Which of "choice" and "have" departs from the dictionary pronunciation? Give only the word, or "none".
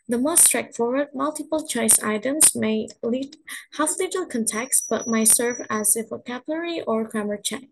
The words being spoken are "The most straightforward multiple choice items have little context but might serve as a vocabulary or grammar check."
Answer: have